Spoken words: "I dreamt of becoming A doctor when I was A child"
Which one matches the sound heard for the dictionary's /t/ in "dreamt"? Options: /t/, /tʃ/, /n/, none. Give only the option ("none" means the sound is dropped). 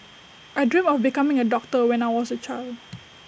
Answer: none